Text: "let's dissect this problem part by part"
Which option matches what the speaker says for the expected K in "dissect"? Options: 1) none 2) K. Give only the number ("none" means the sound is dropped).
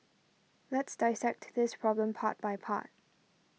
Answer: 2